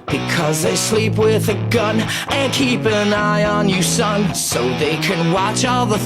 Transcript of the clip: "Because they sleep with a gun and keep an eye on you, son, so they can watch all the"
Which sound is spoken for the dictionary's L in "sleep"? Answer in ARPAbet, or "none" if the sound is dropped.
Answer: L